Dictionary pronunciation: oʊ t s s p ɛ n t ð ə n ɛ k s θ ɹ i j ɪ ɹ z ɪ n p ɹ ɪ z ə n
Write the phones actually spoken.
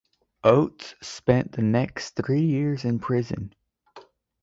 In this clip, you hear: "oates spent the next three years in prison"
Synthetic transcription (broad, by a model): oʊ t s s p ɛ n ð ə n ɛ k s θ ɹ i j ɪ ɹ z ɪ n p ɹ ɪ z ə n